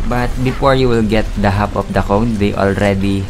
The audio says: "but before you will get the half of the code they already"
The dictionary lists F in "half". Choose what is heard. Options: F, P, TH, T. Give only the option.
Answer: P